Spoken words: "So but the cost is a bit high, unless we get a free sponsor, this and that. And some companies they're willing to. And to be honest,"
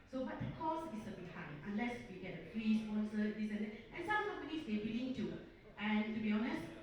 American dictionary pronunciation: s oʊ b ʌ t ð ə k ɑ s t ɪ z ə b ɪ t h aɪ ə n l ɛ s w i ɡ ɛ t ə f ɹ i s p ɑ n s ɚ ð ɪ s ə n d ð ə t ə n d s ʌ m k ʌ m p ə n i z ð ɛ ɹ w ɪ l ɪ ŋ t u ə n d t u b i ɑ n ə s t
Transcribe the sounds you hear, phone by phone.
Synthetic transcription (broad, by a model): s oʊ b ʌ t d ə k ɑ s ɪ s ə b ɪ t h aɪ ə n l ɛ s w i ɡ ɛ t ə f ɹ i s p ɑ n s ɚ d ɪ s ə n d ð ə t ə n s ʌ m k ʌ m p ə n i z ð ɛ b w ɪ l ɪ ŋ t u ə n t u b i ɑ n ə s t